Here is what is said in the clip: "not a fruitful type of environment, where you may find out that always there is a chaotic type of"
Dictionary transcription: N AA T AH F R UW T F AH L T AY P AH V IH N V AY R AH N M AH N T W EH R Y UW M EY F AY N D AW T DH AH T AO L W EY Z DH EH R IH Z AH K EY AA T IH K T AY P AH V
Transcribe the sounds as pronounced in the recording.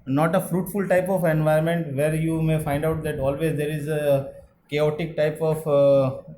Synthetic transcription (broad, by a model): N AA T AH F R UW T F AH L T AY P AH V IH N V AY AH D M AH N T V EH R Y UW M EY F AY N D AW T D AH T AO L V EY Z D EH R IH Z AH K EY AA T IH K T AY P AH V